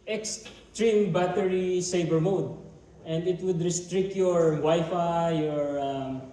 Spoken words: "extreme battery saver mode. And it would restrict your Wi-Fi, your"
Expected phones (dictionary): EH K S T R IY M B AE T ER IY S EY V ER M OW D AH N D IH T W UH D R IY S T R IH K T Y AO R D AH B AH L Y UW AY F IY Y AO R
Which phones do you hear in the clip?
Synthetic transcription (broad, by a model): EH K S T R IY M B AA T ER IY S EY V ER M OW D AH N D IH T W UH D R IY S T R IH K T Y AO R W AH Y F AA Y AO R